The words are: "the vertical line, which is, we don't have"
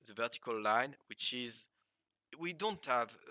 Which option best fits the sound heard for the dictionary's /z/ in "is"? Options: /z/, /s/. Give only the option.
/z/